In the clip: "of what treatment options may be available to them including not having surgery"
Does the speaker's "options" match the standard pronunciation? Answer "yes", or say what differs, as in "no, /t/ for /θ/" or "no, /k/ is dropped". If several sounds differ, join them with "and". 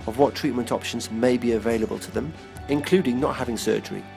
yes